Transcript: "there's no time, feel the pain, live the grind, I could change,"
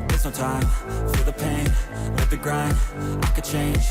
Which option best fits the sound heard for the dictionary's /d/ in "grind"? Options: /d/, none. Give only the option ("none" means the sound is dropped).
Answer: none